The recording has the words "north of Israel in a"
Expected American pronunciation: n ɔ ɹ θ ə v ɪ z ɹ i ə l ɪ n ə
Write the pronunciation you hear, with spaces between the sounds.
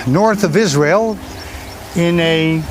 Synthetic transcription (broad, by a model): n ɔ ɹ θ ə v ɪ z ɹ i ə l ɪ n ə